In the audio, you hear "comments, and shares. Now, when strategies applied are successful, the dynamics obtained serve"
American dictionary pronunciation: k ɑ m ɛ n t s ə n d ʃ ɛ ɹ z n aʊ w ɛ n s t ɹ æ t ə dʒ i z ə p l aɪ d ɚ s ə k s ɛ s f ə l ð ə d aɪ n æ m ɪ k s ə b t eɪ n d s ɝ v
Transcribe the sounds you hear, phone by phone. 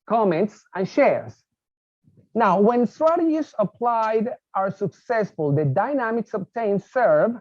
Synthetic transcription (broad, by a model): k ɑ m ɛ n t s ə n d ʃ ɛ ɹ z n aʊ w ɛ n s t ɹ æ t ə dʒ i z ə p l aɪ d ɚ s ə k s ɛ s f ə l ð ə d aɪ n æ m ɪ k s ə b t eɪ n s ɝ v